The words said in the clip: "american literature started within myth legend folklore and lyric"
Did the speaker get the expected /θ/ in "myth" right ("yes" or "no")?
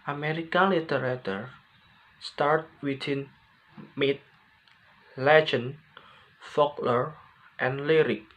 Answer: no